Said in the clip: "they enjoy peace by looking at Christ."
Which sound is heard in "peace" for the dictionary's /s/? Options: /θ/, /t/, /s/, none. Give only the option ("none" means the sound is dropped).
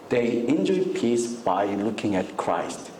/s/